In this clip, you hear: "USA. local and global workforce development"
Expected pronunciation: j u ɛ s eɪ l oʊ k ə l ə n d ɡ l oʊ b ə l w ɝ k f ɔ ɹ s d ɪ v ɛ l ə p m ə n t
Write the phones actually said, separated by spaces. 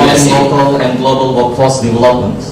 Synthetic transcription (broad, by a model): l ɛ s l oʊ k ə l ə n ɡ l oʊ b ə l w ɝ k ɔ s d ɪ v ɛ l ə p m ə n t